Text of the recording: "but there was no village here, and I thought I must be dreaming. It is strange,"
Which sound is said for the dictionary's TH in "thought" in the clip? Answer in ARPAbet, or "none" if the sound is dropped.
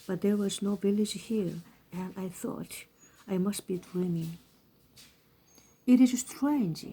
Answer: TH